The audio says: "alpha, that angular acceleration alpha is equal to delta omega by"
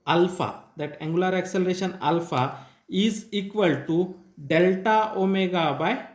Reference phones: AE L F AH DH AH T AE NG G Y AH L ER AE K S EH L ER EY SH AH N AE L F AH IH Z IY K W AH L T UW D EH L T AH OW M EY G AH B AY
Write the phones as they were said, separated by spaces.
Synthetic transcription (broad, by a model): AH L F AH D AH T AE NG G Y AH L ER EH K S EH L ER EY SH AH N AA L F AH IH Z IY K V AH L T UW D EH L T AH OW M EY G AH B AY